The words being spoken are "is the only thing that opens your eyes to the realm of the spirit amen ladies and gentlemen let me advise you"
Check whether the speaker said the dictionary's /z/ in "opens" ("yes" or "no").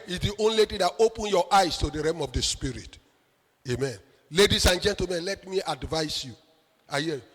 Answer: no